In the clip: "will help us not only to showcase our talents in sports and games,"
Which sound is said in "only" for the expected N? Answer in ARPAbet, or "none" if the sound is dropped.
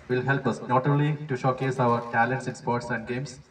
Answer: none